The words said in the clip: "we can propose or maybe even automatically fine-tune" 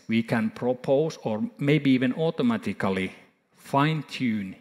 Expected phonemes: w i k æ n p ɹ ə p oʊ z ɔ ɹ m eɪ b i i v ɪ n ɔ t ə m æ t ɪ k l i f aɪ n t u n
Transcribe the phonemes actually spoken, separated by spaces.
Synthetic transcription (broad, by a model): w i k æ n p ɹ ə p oʊ s ɔ ɹ m eɪ b i i v ɪ n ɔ t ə m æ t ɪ k l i f aɪ n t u n